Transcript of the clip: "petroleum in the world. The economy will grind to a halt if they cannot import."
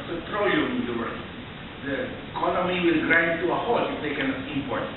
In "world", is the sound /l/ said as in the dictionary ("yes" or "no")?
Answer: no